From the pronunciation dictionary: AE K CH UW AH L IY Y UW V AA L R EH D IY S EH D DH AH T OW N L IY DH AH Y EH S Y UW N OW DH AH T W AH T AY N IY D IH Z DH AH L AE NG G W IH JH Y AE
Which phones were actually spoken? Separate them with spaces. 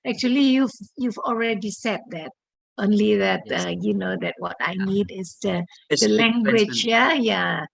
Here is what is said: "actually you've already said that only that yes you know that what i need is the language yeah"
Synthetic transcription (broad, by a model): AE K CH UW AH L IY Y UW V AA L R EH D IY S EH D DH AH T OW N L IY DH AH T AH Y UW N OW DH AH T W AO T AY N IY D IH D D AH L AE NG G W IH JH Y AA